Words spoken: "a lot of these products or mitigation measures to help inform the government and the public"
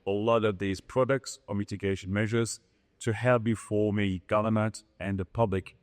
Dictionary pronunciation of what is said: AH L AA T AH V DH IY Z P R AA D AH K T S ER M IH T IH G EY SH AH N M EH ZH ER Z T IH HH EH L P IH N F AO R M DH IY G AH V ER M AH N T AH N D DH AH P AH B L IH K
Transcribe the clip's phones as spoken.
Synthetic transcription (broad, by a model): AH L AA T AH V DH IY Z P R AA D AH K T S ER M IH T IH G EY SH AH N M EH ZH ER Z T IH HH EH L B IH F AO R M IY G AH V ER M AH N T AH N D DH AH P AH B L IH K